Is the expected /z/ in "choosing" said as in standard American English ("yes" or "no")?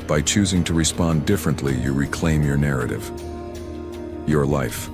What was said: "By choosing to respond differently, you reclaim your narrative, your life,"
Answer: yes